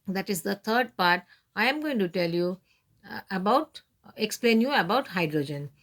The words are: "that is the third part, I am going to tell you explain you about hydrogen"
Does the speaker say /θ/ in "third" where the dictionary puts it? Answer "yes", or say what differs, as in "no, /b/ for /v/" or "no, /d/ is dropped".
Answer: no, /t/ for /θ/